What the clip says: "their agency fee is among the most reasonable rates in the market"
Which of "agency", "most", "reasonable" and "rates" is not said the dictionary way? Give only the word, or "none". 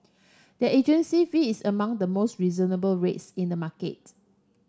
none